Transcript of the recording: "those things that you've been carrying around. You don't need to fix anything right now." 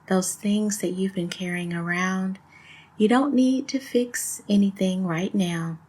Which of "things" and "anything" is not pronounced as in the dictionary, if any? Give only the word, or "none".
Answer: none